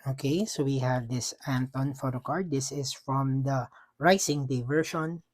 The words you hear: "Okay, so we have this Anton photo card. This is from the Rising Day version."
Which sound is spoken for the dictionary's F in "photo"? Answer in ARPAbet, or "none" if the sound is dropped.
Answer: F